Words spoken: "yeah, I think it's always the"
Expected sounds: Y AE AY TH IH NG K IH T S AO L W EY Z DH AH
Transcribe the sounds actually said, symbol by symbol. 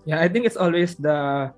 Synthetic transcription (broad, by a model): Y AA AY T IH NG K IH T S AO L W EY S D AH